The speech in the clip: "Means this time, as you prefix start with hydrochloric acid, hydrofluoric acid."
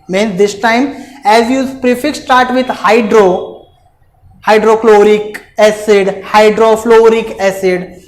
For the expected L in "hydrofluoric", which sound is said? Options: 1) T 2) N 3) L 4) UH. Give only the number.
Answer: 3